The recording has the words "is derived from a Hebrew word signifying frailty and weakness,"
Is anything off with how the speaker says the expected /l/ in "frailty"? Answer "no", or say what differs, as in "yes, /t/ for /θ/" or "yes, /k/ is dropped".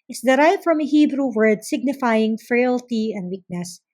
no